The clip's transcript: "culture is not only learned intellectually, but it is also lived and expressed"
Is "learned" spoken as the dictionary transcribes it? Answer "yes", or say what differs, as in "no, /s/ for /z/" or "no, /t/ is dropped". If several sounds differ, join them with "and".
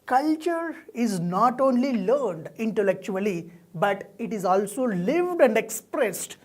yes